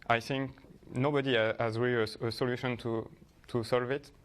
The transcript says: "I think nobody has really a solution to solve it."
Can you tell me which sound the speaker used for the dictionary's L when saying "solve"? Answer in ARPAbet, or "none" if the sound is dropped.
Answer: L